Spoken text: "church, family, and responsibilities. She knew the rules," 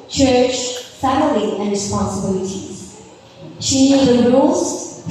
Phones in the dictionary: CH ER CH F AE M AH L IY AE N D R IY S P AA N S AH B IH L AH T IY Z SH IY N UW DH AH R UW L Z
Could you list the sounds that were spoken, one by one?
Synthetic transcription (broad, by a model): CH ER CH F AE M AH L IY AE N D R IY S P AA N S AH B IH L AH T IY Z SH IY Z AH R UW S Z